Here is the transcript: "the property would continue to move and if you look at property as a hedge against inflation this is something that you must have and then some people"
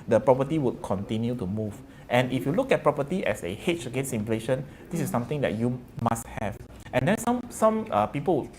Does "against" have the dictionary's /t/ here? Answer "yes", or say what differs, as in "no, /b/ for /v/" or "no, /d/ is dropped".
no, /t/ is dropped